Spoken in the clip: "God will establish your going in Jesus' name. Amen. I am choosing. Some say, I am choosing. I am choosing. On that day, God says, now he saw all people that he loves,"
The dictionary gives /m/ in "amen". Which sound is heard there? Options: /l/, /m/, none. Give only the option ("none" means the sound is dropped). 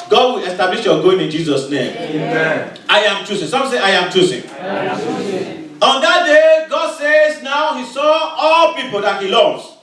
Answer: none